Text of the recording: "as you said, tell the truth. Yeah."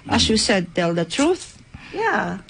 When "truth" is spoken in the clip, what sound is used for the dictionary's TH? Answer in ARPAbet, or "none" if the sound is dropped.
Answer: TH